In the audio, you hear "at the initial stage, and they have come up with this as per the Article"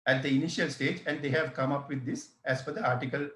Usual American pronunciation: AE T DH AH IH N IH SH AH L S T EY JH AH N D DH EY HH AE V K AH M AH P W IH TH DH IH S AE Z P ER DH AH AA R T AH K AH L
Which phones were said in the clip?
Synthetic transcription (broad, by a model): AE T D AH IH N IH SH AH L S T EY JH AH N D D EY HH AE V K AH M AH P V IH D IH S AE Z F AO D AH AA R T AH K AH L